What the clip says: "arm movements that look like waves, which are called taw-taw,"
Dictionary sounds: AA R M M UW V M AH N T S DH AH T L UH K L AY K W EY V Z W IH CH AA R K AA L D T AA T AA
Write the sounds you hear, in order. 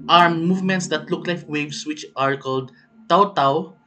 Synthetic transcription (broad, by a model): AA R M M UW V M AH N T S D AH T L UH K L AY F W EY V S W IH CH AA R K AA L D T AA T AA